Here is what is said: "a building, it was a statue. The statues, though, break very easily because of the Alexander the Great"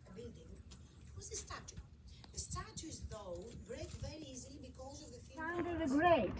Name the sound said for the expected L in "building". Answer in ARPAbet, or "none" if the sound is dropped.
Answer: none